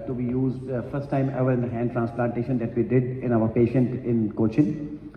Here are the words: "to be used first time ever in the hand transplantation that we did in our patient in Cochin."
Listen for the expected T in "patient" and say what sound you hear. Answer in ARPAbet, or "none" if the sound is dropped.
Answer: T